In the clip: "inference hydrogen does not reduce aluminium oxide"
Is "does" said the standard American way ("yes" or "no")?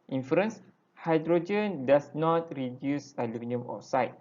no